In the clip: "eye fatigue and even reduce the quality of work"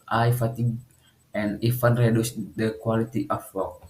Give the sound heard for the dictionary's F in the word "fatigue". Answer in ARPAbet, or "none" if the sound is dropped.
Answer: F